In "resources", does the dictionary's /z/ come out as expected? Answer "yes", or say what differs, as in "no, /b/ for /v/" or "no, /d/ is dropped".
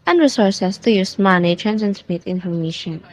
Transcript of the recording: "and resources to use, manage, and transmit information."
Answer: no, /s/ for /z/